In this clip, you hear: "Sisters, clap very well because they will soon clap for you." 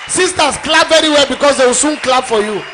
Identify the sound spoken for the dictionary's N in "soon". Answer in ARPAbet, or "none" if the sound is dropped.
N